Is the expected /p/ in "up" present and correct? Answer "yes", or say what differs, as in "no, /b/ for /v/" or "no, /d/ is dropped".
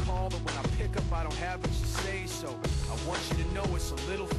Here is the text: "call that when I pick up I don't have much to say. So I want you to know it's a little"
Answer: yes